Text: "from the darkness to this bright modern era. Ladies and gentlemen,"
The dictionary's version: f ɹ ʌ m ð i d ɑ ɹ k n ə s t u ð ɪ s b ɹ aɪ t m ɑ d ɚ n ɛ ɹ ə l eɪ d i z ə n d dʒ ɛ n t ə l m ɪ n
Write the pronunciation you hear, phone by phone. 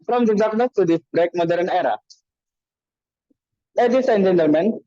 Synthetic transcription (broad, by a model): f ɹ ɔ m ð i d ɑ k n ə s t u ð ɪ b ɹ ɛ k m ɑ d ɚ n ɛ ɹ ə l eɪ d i s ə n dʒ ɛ n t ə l m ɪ n